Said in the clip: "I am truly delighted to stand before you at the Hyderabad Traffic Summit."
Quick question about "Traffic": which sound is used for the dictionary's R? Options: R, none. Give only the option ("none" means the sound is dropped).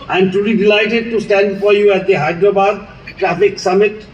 R